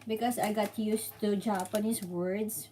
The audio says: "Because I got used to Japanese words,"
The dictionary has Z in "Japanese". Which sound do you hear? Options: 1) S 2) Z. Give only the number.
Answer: 1